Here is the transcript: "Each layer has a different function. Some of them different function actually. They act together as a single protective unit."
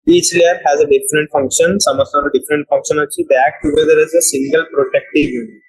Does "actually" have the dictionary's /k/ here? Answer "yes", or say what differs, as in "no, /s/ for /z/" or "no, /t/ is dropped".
no, /k/ is dropped